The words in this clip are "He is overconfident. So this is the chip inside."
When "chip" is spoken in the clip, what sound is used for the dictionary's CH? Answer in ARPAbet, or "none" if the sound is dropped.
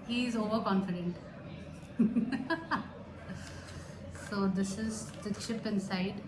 SH